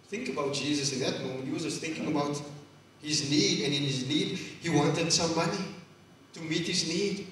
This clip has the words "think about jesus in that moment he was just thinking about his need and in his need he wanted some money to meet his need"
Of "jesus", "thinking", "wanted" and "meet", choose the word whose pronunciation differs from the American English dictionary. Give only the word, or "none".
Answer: none